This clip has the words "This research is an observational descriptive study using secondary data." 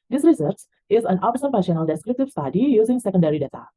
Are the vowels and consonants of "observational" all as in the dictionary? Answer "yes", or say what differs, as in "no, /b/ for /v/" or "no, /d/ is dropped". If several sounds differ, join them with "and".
no, /p/ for /v/